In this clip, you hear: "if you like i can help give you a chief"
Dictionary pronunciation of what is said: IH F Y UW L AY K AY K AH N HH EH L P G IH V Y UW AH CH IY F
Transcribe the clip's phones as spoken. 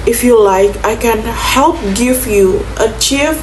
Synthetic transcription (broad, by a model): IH F Y UW L AY K AY K AH N HH EH L P G IH V Y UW AH CH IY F